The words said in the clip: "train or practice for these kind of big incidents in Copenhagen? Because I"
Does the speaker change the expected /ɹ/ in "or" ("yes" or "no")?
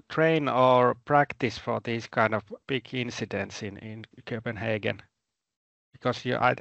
no